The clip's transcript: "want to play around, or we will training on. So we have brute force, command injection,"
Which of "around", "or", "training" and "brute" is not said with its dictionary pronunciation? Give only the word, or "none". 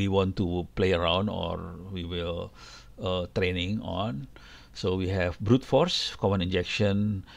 none